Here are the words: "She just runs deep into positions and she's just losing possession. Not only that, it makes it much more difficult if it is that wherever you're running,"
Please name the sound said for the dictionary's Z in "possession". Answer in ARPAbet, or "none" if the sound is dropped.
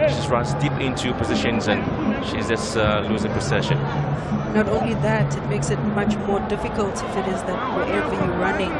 S